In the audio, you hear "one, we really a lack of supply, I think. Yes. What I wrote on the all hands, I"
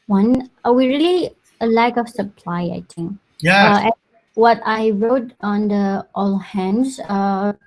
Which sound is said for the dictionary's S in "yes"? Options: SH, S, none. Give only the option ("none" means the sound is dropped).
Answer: none